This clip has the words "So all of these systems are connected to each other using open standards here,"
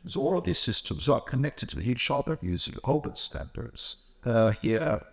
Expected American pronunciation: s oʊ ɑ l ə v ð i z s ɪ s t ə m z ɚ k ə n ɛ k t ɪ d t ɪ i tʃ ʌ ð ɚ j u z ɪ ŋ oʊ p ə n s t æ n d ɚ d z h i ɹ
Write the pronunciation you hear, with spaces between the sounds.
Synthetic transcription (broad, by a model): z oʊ ɑ l ə v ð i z s ɪ s t ə m z ɚ k ə n ɛ k t ɪ d t ɪ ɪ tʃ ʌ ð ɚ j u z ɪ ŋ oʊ b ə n s t æ n d ɚ d z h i ɹ